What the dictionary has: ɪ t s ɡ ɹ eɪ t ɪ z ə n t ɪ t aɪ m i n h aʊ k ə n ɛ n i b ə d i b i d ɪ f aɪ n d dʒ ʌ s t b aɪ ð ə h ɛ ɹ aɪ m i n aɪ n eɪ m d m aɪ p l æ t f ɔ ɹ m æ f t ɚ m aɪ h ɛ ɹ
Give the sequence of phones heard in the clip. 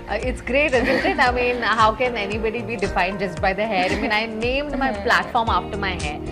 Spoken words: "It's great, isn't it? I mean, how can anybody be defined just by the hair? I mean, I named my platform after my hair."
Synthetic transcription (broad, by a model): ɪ t s ɡ ɹ eɪ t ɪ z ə l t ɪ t aɪ m i n h aʊ k ə n ɛ n i b ə d i b i d ɪ f aɪ n d dʒ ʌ s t b aɪ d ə h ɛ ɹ aɪ m i n aɪ n eɪ m d m aɪ p l æ t f ɔ ɹ m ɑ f t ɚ m aɪ h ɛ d